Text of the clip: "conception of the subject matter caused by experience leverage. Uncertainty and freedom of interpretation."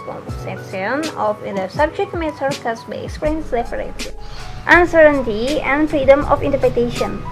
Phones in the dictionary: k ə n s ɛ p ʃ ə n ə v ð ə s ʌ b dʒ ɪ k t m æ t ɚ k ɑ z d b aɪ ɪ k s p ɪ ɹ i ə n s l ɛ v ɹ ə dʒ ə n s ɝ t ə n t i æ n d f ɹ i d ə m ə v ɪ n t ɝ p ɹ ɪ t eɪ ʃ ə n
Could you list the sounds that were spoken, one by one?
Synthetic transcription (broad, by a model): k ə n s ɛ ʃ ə n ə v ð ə s ʌ b dʒ ɪ k t m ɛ s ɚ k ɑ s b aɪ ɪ k s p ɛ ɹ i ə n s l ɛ p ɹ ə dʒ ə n s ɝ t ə n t i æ n d f ɹ i d ə m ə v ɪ n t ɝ p ɹ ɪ t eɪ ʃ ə n